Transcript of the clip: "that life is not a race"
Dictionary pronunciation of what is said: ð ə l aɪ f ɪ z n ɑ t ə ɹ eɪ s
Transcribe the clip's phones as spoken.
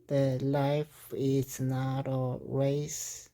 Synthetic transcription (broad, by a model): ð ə l aɪ f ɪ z n ɑ t ə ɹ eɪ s